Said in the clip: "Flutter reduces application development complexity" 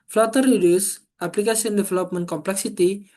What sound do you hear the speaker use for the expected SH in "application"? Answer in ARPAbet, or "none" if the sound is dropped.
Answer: S